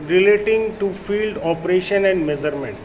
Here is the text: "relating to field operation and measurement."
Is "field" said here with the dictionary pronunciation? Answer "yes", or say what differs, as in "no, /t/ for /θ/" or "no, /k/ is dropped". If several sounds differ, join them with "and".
yes